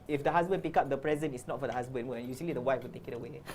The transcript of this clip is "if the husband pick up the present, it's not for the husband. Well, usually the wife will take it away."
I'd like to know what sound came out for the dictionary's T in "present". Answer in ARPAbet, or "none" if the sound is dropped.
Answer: none